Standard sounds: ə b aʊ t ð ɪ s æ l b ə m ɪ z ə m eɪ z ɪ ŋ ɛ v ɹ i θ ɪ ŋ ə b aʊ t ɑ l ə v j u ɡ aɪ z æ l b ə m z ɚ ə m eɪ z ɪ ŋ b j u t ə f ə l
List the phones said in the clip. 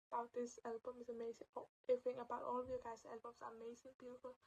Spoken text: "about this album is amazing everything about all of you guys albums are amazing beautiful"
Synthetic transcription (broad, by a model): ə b aʊ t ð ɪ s æ l b ə m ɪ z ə m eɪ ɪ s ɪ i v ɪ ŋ ə b aʊ t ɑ l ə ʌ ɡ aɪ s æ l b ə m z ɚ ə m eɪ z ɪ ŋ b j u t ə f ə l